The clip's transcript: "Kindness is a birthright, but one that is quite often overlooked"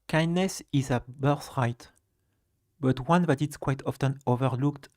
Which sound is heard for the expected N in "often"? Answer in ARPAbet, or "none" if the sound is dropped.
N